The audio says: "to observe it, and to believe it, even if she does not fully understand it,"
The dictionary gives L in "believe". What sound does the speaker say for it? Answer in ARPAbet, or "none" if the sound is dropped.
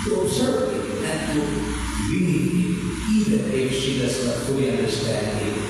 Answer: N